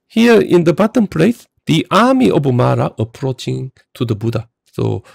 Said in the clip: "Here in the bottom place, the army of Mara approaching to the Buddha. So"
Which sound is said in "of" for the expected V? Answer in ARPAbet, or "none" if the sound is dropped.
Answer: B